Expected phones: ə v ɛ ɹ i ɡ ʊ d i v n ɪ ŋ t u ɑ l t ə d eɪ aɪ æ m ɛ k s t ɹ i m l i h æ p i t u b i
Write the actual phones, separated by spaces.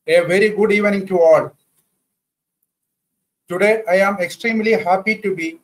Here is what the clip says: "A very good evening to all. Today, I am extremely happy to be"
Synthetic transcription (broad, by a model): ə v ɛ ɹ i ɡ ʊ d i v n ɪ ŋ t u ɑ l t ə d eɪ aɪ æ m ɛ k s t ɹ i m l i h æ p i t u b i